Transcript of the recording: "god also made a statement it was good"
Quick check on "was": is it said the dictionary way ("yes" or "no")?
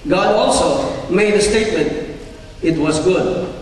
yes